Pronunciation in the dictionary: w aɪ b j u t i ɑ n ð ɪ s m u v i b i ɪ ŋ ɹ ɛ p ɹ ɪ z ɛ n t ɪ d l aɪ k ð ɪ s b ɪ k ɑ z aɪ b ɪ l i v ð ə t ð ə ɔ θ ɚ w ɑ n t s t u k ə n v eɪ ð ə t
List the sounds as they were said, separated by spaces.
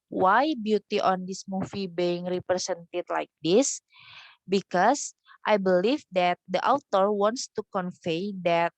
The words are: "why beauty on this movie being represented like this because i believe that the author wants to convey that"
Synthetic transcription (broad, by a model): w aɪ b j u t i ɑ n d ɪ s m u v i b i ɪ ŋ ɹ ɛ p ɹ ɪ s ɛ n t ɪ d l aɪ k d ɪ s b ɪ k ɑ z aɪ b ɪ l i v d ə t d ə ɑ t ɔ w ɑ n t s t u k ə n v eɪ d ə t